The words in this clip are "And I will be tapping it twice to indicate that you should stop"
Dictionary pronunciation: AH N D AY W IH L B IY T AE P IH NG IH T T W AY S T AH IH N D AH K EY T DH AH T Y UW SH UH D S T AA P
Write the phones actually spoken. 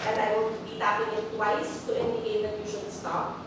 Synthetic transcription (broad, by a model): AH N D AY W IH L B IY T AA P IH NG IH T T W AY S T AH IH N D AH K EY T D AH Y Y UW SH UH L S T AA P